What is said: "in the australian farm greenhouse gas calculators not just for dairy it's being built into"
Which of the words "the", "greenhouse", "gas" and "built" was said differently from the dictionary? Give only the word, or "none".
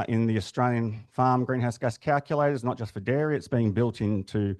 none